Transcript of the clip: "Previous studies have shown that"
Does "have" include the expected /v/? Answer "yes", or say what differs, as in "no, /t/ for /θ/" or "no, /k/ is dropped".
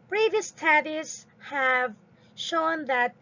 yes